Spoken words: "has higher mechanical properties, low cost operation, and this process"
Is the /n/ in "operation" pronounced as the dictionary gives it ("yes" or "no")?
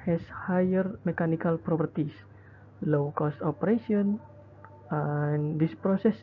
no